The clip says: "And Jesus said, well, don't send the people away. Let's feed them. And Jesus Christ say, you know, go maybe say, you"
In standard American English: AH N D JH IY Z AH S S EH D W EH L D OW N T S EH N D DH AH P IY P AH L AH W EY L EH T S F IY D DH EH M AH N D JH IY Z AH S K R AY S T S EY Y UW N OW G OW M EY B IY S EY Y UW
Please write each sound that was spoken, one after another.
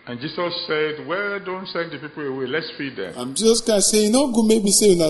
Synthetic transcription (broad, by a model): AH N JH IY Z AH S S EH D W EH D OW N T S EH N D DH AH P IY P AH L AH W EY L EH T S F IY D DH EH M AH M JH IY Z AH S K AY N S EY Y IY N OW G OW M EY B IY S EY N